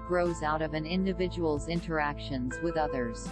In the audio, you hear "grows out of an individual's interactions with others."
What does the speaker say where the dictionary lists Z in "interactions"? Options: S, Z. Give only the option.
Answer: Z